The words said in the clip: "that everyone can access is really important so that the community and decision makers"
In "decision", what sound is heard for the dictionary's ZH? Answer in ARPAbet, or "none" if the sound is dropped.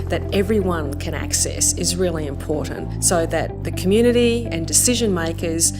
ZH